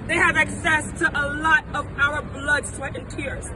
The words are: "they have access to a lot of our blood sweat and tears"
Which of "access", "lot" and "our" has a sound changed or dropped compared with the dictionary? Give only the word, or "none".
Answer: none